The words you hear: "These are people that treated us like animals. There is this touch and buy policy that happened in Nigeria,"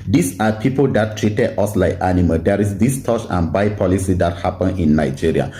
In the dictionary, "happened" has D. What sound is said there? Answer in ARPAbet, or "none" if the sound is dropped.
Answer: none